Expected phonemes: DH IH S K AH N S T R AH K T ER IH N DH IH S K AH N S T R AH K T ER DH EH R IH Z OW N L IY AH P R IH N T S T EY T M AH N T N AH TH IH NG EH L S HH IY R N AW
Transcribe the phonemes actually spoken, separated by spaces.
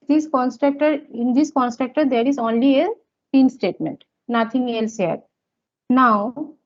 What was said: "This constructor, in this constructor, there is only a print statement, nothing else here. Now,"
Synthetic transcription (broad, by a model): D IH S K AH N S T R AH K T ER IH N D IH S K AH N S T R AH K T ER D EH R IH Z OW N L IY AH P IY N S T EY T M AH N T N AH T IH NG EH L S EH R N AW